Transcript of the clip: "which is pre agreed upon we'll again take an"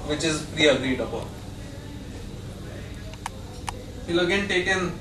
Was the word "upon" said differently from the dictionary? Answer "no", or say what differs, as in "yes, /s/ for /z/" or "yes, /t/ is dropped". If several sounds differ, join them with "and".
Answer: yes, /b/ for /p/